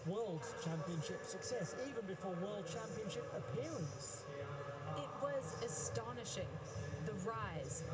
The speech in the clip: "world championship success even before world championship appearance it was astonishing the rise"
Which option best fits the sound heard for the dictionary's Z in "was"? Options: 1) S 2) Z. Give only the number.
2